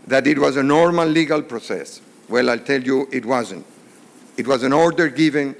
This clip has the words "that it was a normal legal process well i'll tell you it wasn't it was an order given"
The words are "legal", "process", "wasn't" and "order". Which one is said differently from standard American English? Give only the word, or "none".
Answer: none